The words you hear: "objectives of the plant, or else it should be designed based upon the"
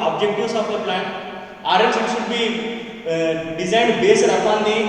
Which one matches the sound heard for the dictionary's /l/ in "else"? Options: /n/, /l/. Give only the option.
/n/